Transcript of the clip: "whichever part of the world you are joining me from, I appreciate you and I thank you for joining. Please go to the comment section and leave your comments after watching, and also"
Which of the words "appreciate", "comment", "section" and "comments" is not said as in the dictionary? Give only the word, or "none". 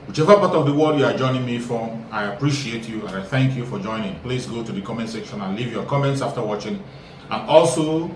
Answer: none